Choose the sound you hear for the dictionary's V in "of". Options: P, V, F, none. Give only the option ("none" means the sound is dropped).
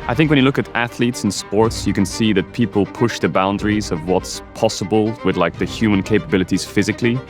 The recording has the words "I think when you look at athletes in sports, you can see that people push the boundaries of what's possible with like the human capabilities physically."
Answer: V